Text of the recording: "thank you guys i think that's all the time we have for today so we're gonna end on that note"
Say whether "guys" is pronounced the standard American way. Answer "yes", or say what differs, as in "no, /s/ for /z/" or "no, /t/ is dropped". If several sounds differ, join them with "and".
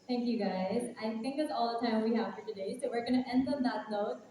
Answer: yes